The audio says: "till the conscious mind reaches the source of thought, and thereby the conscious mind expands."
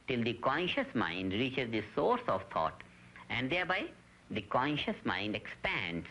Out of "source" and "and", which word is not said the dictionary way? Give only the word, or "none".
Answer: none